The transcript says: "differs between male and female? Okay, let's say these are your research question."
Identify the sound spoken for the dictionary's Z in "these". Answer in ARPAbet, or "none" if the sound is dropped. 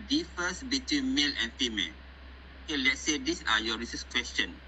S